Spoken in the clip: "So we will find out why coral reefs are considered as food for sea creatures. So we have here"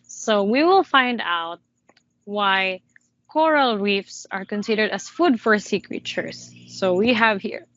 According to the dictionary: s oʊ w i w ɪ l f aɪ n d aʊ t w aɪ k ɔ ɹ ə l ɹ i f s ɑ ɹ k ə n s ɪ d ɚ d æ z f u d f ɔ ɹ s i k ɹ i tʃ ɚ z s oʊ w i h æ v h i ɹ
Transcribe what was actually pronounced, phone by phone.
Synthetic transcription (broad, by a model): s oʊ w i w ɪ l f aɪ n d aʊ t w aɪ k ɔ ɹ ə l ɹ i f s ɑ ɹ k ə n s ɪ d ɚ d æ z f u d f ɔ ɹ s i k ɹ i tʃ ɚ s oʊ w i h æ v h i ɹ